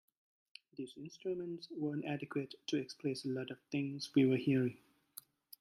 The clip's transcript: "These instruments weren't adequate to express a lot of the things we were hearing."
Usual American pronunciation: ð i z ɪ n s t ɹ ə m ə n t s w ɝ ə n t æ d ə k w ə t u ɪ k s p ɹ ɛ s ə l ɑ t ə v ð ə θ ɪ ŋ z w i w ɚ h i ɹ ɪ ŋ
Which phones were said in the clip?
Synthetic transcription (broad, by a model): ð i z ɪ n s t ɹ ə m ə n t s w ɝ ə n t æ d ə k w ə t u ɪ k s p l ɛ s ə l ɑ t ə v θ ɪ ŋ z w i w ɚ h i ɹ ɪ ŋ